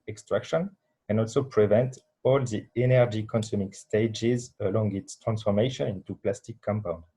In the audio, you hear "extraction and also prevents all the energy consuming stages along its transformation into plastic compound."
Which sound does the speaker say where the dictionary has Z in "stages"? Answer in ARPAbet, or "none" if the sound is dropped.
Z